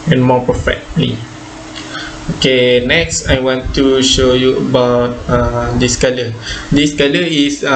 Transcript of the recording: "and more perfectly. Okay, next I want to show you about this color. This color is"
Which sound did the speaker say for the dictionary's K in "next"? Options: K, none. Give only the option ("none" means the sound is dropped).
K